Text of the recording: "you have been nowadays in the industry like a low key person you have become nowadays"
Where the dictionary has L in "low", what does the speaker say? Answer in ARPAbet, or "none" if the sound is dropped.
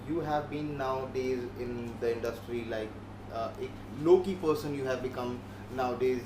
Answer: L